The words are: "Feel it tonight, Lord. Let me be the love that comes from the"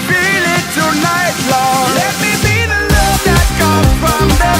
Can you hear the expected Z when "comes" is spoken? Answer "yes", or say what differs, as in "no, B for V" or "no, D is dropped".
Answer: no, Z is dropped